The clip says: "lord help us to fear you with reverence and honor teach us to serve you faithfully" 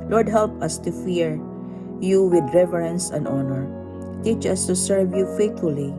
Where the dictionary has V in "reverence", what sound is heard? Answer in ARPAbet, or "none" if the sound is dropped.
V